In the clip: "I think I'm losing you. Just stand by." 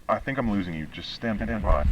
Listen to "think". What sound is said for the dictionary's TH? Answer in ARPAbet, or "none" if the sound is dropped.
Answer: TH